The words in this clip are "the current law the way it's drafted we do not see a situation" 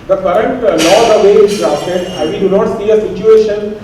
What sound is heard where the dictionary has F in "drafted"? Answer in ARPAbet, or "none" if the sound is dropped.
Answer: none